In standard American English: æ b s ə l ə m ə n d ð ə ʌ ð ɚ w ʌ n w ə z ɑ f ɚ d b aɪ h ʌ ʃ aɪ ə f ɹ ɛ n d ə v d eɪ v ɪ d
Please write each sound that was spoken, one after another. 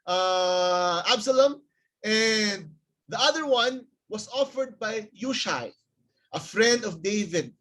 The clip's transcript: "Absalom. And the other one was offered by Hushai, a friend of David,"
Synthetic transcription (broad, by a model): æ b s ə l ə m ə n d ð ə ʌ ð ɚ w ʌ n w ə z ɑ f ɚ d b aɪ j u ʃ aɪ ə f ɹ ɛ n d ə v d eɪ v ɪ d